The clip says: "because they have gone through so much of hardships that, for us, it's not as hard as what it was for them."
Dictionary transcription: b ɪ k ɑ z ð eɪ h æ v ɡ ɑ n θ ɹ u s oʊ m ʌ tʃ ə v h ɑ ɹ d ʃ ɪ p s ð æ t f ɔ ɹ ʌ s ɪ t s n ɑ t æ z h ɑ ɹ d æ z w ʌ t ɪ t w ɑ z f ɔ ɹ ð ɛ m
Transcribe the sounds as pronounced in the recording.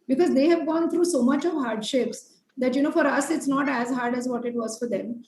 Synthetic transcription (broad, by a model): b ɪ k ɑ z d eɪ h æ v ɡ ɑ n t ɹ u s oʊ m ʌ tʃ ə v h ɑ ɹ d ʃ ɪ p s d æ t f ɔ ɹ ʌ s ɪ t s n ɑ t æ z h ɑ ɹ d æ z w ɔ t ɪ t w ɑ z f ɔ ɹ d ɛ m